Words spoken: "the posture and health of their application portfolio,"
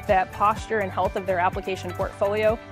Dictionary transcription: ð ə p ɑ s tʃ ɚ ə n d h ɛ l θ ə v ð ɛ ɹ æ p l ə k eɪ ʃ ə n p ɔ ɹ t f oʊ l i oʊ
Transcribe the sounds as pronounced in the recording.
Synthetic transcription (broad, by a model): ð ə p ɑ s tʃ ɚ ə n h ɛ l θ ə v ð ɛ ɹ æ p l ə k eɪ ʃ ə n p ɔ ɹ t f oʊ l i oʊ